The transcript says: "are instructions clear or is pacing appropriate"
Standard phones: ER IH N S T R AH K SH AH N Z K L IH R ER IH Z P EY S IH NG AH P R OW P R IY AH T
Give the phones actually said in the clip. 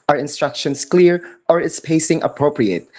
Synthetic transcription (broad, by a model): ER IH N S T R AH K SH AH N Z K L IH R ER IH S P EY S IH NG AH P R OW P R IY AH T